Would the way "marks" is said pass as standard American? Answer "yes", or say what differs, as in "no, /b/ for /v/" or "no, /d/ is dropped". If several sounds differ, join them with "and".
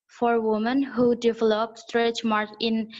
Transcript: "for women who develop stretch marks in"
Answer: no, /s/ is dropped